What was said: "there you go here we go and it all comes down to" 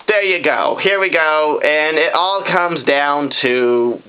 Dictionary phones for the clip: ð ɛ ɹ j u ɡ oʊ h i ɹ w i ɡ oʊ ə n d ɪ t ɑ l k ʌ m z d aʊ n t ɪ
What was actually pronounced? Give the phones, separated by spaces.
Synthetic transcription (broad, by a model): ð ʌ ɹ j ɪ ɡ oʊ h i ɹ w i ɡ oʊ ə n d t ɑ l k ʌ m z d aʊ n t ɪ